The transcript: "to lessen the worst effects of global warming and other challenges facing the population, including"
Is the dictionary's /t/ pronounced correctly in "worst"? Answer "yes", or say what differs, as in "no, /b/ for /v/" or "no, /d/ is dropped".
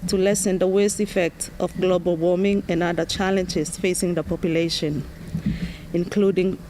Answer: yes